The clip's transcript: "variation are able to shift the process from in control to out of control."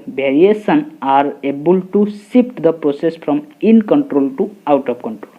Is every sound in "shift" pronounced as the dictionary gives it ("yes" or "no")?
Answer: no